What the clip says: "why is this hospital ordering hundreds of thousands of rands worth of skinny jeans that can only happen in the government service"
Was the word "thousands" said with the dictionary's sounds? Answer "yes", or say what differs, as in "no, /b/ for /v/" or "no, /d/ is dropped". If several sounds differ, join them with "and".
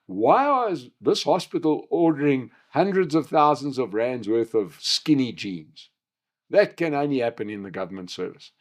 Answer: yes